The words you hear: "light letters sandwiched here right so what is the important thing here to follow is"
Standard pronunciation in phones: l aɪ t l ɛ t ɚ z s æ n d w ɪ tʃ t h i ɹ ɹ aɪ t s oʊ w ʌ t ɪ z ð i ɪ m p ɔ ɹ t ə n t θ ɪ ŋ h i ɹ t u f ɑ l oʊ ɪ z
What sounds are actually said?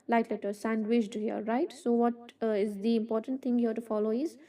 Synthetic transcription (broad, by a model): l aɪ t l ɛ t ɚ s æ n d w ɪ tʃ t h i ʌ ɹ aɪ t s oʊ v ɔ t ɪ z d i ɪ m p ɔ ɹ t ə n t t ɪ ŋ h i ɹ t u f ɑ l oʊ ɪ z